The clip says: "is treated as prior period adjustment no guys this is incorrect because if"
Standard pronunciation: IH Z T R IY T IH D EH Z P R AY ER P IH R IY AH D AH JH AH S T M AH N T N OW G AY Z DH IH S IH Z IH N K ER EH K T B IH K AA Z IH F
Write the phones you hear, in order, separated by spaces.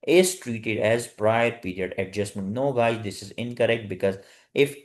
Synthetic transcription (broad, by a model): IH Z T R IY T IH D EH Z P R AY ER P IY R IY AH D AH JH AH S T M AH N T N OW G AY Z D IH S IH Z IH N K ER EH K T B IH K AA Z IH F